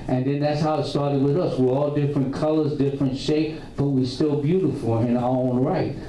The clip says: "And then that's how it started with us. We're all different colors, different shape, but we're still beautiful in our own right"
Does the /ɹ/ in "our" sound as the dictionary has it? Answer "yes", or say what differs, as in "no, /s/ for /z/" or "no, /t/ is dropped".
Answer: no, /l/ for /ɹ/